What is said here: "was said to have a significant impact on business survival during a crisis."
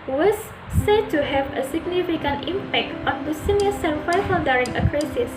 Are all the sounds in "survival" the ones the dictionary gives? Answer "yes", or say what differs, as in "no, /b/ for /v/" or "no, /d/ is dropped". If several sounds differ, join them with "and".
no, /f/ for /v/ and /f/ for /v/ and /n/ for /l/